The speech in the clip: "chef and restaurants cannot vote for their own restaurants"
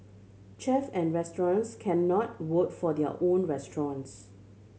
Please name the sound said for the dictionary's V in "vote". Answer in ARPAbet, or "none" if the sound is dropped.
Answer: W